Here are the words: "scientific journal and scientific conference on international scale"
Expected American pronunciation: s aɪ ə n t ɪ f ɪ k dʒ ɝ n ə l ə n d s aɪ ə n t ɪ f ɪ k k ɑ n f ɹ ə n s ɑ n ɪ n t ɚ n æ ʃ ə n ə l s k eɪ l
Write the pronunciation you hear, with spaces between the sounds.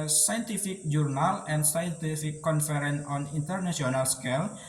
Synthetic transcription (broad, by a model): s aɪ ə n t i f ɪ k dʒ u n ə l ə n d s aɪ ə n t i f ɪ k k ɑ n f ɹ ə n ɑ n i n t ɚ n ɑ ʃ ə n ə l s k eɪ l